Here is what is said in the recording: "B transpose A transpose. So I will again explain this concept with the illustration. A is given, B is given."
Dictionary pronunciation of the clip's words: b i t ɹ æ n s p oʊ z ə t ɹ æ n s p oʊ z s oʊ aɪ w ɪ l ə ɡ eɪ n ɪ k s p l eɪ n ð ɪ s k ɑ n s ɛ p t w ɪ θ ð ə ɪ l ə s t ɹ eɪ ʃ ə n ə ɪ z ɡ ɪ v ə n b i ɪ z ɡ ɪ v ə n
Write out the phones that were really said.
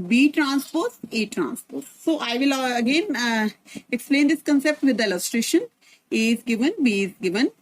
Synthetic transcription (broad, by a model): b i t ɹ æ n s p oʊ s ə t ɹ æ n s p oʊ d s oʊ aɪ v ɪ l ə ɡ eɪ n ɪ k s p l eɪ n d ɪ s k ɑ n s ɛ p t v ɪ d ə ɪ l ə s t ɹ eɪ ʃ ə n ə ɪ z ɡ ɪ v ə n b i ɪ z ɡ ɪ v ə n